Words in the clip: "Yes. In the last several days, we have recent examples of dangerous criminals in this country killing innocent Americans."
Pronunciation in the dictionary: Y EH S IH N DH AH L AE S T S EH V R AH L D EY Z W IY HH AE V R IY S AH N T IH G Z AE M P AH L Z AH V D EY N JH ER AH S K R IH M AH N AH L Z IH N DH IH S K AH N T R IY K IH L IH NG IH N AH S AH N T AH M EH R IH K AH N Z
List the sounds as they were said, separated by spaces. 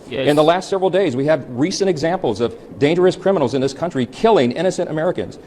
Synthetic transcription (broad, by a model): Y IH N DH AH L AE S T S EH V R L D EY Z W IY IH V R IY S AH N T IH G Z AE M P L Z AH V D EY N JH ER AH S K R IH M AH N L Z IH N DH IH S K AH N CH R IY K IH L IH NG IH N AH S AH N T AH M EH R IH K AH N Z